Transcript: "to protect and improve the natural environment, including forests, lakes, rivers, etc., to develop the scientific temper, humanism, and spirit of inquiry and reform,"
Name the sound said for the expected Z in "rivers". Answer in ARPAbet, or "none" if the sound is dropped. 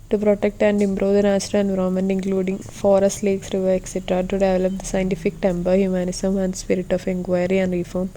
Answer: none